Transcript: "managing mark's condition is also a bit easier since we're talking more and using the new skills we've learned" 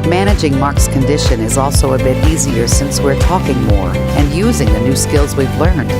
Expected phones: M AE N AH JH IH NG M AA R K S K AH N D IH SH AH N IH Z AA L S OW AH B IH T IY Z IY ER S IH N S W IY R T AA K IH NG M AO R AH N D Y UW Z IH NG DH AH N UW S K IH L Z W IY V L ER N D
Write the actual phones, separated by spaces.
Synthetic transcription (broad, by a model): M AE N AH JH IH NG M AA R K S K AH N D IH SH AH N IH Z AA L S OW AH B IH T IY Z IY ER S IH N S W IY R T AA K IH NG M AO R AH N Y UW Z IH NG DH AH N UW S K IH L Z W IY V L ER N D